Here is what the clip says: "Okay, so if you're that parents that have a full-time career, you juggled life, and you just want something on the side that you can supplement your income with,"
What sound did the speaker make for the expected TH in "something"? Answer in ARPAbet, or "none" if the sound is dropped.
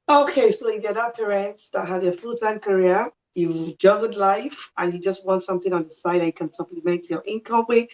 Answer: TH